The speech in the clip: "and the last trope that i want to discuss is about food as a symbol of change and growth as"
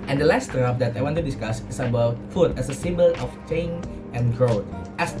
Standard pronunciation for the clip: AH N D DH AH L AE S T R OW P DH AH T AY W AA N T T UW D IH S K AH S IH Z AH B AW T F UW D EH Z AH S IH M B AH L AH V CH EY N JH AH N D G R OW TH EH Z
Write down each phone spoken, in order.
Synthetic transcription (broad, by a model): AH N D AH L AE S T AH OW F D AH T AY W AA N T T UW D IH S K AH S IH S AH B AW T F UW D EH S AH S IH M B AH L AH F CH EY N AH N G R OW T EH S